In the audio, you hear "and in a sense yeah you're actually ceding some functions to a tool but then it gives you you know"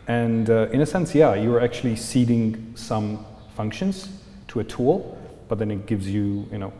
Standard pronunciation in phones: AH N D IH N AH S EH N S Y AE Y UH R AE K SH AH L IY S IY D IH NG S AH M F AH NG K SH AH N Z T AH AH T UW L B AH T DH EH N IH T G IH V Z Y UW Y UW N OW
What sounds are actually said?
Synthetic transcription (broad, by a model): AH N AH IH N AH S EH N S Y AE Y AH R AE K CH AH L IY S IY D IH NG S AH M F AH NG K SH AH N Z T AH AH T UW L B AH T DH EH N IH T G IH V Z Y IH Y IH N OW